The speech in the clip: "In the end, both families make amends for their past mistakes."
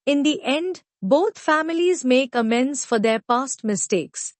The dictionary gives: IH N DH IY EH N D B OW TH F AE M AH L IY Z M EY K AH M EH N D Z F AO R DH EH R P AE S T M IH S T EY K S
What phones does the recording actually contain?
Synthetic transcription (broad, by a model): IH N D IY EH N D B OW T F AE M AH L IY Z M EY K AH M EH N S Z F AO R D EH R P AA S T M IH S T EY K S